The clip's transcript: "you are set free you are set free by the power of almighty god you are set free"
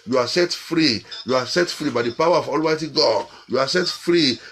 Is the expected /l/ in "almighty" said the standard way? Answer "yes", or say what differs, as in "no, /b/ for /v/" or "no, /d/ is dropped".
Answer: yes